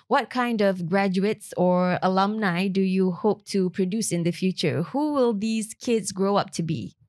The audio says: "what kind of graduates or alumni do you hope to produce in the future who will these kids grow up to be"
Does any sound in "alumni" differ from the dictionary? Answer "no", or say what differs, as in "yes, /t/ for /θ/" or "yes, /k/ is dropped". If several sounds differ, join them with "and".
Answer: no